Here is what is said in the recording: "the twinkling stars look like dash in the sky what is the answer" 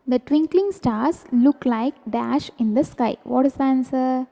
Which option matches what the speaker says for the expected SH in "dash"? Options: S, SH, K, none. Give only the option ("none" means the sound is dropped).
SH